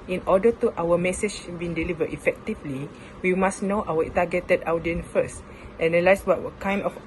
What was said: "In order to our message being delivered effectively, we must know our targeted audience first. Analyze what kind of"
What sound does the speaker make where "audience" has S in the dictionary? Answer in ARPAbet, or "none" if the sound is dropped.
none